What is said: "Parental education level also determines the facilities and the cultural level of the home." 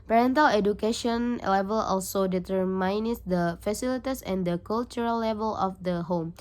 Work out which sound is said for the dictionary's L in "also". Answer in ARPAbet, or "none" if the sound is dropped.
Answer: L